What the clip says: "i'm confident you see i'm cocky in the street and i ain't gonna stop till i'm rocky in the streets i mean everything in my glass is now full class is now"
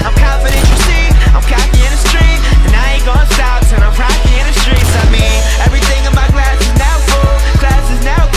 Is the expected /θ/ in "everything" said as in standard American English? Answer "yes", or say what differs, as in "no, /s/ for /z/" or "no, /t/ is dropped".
yes